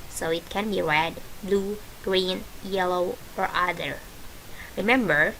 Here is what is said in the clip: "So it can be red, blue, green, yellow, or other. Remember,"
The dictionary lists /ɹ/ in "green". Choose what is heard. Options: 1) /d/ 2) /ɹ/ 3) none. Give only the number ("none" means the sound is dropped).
2